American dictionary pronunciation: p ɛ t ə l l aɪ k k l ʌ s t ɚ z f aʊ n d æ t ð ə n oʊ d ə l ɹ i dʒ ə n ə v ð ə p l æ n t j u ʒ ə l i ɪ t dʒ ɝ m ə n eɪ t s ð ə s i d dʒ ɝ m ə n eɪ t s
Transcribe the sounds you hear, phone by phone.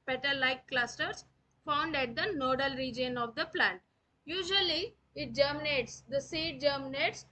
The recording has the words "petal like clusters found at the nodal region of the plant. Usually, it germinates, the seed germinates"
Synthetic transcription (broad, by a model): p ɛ t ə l l aɪ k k l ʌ s t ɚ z f aʊ n d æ t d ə n oʊ d ə l ɹ i dʒ ə n ə v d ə p l æ n t j u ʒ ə l i ɪ t dʒ ɝ m ə n eɪ t s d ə s i d dʒ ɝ m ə n eɪ t s